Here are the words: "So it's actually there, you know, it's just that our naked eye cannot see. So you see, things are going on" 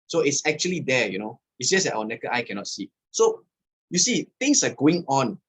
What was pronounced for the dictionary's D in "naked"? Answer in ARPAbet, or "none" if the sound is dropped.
none